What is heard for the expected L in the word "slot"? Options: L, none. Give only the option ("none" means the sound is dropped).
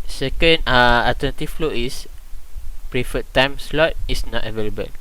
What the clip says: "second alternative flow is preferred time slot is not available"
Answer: L